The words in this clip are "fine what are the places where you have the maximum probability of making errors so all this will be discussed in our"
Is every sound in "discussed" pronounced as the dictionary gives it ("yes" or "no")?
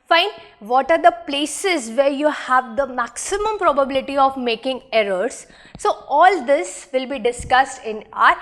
yes